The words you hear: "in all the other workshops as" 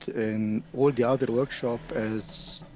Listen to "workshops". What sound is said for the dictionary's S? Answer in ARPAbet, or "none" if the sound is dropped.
none